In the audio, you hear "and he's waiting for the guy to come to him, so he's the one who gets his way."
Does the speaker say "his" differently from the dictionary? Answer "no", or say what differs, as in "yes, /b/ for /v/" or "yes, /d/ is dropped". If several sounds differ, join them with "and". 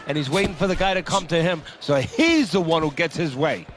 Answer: no